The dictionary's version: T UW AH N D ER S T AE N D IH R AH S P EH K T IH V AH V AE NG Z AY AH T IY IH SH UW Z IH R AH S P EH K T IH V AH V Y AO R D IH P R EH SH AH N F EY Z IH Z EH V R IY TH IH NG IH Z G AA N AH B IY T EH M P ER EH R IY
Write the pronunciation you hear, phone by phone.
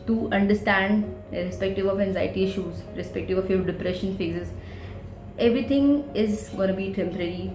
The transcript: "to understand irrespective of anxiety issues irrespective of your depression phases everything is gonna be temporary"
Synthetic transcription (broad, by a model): T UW AH N D ER S T AE N D R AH S P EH K T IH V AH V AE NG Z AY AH T IY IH SH UW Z R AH S P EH K T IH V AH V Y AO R D IH P R EH SH AH N F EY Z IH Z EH V R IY T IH NG IH Z G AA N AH B IY T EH M P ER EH R IY